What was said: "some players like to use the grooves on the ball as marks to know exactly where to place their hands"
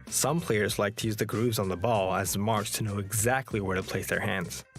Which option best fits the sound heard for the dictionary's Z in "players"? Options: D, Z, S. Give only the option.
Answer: Z